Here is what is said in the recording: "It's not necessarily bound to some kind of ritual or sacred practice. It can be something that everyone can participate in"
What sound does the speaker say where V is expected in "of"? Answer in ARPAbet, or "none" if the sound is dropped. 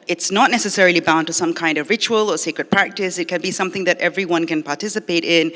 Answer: V